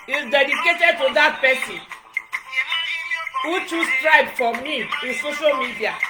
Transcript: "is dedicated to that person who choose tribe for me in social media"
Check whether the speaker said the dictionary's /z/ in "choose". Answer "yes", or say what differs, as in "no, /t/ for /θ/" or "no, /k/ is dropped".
no, /s/ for /z/